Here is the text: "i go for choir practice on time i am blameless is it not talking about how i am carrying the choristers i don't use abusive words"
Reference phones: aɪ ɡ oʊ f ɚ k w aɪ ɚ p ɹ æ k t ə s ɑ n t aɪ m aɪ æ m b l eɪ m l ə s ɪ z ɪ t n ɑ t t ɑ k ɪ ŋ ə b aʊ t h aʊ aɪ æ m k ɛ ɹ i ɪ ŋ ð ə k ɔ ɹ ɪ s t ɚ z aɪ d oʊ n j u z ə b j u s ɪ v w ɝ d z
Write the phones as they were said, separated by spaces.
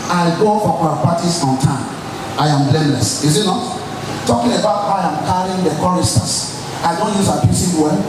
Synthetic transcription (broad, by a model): aɪ ɡ oʊ f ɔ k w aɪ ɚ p ɑ t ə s ɑ n t aɪ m aɪ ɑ m b l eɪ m l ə s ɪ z ɪ t n ɑ t t ɑ k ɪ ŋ ə b aʊ t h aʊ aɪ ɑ m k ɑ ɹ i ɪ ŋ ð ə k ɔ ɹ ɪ s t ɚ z aɪ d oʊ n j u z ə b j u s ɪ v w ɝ